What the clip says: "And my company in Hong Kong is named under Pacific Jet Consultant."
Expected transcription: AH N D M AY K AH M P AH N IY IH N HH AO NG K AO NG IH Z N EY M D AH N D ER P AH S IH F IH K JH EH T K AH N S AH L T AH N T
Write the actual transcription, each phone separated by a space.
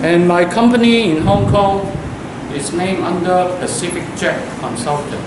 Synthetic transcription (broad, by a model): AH N M AY K AH M P AH N IY IH N HH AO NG K AO NG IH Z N EY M AH N D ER P AH S IH F IH K CH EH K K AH N S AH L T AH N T